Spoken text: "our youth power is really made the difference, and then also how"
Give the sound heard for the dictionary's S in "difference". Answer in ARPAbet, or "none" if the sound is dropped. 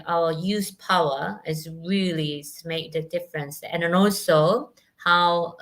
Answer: S